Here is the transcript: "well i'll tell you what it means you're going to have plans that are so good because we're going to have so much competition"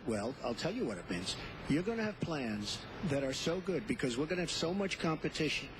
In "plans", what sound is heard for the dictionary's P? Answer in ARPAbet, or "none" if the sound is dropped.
P